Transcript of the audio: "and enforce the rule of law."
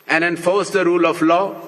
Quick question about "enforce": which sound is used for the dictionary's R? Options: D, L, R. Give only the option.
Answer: R